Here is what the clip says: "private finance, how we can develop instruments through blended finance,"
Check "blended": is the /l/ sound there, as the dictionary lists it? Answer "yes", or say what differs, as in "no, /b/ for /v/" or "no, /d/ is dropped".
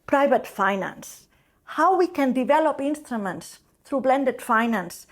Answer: yes